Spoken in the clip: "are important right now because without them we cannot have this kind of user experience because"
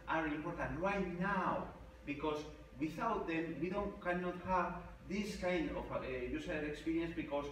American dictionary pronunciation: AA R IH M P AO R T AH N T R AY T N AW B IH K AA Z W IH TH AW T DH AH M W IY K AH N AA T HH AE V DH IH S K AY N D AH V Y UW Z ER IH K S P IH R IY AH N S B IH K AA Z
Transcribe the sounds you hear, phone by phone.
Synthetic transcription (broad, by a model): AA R IH M P AO R T AH N T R AY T N AW B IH K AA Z W IH TH AW T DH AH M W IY K AH N AA T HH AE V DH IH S K AY N D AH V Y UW S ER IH K S P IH R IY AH N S B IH K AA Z